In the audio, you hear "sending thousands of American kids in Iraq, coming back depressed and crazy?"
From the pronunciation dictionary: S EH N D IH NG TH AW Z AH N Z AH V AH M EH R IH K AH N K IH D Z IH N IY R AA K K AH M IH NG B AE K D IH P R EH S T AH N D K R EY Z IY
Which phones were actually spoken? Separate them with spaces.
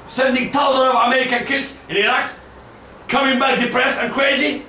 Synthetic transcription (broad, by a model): S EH N D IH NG T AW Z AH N AH V AH M EH R IH K AH N K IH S IH N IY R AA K K AH M IH NG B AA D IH P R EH S AH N K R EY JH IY